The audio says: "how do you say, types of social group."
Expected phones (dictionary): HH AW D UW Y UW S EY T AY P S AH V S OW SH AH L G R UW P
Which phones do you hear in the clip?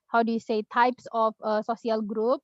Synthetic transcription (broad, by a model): HH AW D UW Y UW S EY T AY P S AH F S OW S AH L G R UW P